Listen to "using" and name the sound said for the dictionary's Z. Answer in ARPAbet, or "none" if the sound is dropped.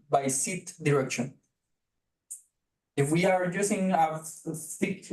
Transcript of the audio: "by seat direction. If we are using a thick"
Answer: S